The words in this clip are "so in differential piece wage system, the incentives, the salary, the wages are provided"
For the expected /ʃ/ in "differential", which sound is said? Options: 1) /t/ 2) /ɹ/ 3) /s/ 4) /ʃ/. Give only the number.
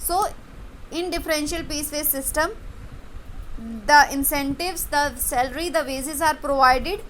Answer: 4